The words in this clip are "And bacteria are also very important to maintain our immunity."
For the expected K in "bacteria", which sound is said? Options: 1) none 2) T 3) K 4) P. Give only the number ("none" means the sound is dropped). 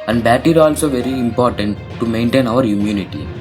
1